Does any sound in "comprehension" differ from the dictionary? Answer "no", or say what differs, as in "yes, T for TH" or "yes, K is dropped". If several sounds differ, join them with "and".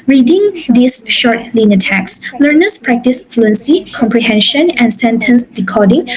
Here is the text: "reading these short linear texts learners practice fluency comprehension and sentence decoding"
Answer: no